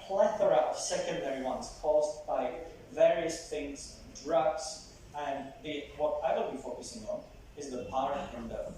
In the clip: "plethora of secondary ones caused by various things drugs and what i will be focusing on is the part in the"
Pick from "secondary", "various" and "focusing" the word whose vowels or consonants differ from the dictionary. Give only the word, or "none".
none